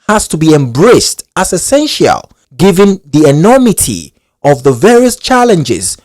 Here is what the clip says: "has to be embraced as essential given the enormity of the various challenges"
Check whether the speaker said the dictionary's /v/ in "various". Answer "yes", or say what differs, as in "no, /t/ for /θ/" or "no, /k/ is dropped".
yes